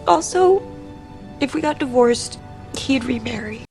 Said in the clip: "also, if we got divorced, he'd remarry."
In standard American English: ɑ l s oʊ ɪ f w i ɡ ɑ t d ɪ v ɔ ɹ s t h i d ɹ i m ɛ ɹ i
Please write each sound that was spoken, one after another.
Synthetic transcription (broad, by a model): ɑ l s oʊ ɪ f w i ɡ ɑ t d ɪ v ɔ ɹ s t h i d ɹ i m ɛ ɹ i